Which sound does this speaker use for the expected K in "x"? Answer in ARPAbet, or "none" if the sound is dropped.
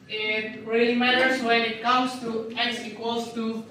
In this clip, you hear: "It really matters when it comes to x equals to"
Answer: none